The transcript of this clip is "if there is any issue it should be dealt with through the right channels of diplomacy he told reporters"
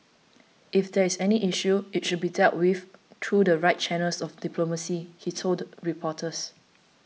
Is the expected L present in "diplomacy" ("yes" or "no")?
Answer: yes